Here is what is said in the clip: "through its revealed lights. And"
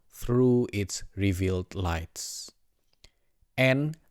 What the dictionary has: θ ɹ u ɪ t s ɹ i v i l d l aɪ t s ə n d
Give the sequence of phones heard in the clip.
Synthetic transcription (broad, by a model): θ ɹ u ɪ t s ɹ i v i l d l aɪ t s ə n